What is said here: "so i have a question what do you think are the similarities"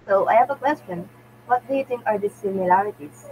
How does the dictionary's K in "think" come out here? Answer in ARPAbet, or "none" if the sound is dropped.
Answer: none